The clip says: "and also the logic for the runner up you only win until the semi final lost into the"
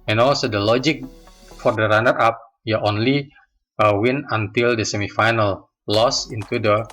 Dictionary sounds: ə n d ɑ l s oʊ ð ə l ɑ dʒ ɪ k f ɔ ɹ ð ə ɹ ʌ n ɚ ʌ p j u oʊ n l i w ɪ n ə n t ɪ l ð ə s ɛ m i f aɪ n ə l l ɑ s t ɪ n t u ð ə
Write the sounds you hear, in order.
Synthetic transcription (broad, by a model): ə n ɑ l s oʊ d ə l ɑ dʒ ɪ k f ɔ ɹ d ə ɹ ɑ n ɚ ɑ p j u oʊ n l i w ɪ n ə n t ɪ l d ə s ɛ m i f aɪ n ə l l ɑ s ɪ n t u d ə